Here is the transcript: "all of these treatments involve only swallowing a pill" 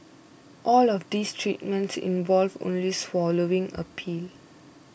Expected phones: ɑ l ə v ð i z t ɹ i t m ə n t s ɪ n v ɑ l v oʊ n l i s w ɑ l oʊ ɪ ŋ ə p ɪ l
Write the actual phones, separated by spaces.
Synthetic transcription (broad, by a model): ɑ l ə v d i s t ɹ i t m ə n t s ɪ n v ɑ l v oʊ n l i s w ɑ l oʊ ɪ ŋ ə p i l